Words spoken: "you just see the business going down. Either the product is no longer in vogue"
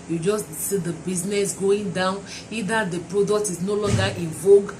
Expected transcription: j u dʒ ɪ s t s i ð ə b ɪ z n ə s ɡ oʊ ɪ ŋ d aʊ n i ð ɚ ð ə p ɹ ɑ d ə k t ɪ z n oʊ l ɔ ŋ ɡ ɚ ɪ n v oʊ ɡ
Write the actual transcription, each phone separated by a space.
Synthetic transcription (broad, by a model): j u dʒ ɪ s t s i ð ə b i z n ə s ɡ oʊ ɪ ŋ d aʊ n i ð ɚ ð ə p ɹ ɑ d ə k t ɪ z n oʊ l ɔ ŋ ɡ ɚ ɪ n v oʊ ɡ